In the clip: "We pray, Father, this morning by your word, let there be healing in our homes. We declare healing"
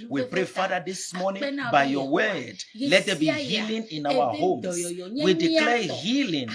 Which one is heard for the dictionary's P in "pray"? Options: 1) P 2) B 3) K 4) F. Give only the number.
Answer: 1